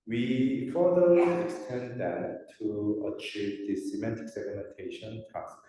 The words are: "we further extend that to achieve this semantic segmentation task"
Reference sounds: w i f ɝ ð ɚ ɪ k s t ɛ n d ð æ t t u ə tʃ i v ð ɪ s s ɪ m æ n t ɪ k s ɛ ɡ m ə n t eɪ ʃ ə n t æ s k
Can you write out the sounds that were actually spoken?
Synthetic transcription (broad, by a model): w i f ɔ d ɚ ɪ k s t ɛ n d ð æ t t u ə tʃ i v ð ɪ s s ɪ m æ t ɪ k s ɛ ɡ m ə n t eɪ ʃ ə n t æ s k